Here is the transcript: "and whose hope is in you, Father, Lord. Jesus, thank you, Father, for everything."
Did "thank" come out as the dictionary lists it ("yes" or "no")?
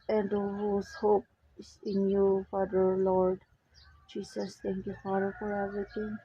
no